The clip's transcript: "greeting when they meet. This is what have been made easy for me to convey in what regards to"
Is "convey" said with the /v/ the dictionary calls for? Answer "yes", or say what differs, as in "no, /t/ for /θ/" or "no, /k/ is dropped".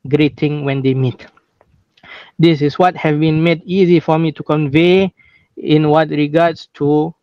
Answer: yes